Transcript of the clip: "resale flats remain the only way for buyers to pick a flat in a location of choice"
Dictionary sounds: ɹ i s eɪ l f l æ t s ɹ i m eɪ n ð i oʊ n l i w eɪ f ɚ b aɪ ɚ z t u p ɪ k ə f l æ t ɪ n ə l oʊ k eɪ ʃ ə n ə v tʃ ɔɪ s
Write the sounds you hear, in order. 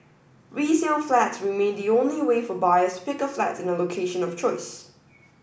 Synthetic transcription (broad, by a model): ɹ i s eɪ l f l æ t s ɹ i m eɪ n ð i oʊ n l i w eɪ f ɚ b aɪ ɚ s t u p ɪ k ə f l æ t ɪ n ə l oʊ k eɪ ʃ ə n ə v tʃ ɔɪ s